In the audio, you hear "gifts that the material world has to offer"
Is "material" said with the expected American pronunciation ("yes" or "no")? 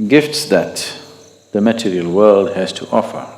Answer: yes